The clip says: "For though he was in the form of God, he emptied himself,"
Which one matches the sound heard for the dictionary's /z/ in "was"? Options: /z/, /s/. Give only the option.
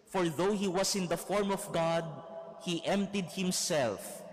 /s/